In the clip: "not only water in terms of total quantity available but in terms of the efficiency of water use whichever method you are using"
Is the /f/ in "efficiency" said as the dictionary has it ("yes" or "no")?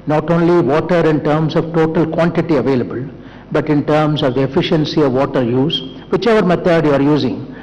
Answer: yes